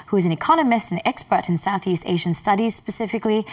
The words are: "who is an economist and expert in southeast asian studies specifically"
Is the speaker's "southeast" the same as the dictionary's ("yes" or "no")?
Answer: yes